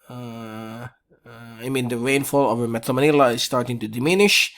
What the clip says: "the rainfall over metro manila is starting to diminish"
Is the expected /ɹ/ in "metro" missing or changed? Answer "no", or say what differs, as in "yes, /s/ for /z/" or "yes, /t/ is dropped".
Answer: yes, /ɹ/ is dropped